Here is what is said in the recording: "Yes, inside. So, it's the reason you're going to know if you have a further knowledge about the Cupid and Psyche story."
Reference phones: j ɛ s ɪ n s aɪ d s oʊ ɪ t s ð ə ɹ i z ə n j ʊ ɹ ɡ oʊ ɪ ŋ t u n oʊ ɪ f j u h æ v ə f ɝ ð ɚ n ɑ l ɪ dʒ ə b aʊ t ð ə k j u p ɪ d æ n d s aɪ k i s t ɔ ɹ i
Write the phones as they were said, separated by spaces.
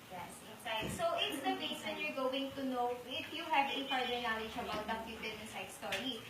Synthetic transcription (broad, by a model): j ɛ s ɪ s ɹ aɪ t s oʊ ɪ t s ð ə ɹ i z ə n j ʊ ɹ ɡ oʊ ɪ ŋ t u n oʊ ɪ f j u h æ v ə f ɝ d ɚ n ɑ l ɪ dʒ ə b aʊ t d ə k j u b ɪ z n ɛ s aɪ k s t ɔ ɹ i